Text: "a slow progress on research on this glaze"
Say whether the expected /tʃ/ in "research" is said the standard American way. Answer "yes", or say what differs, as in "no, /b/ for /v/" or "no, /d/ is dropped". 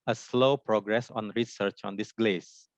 yes